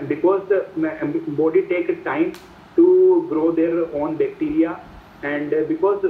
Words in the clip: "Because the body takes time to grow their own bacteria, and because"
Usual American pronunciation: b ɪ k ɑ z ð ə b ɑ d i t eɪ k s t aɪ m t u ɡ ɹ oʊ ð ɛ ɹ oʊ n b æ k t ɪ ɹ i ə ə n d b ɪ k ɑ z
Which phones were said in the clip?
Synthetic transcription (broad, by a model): b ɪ k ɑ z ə b ɑ d i t eɪ k t aɪ m t u ɡ ɹ oʊ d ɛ ɹ oʊ n b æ k t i ɹ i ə ə n d b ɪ k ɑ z